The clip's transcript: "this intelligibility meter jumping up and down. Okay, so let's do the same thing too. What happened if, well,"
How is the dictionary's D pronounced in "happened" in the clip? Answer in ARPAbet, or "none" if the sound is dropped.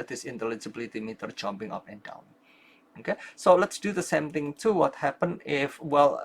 none